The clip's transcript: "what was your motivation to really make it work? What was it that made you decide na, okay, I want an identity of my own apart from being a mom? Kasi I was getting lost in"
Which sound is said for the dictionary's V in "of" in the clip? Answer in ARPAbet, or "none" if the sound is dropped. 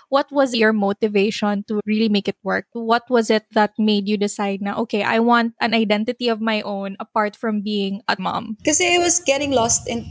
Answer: V